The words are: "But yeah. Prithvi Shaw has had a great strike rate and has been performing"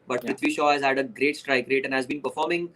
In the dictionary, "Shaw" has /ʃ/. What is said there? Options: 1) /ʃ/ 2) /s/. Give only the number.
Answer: 1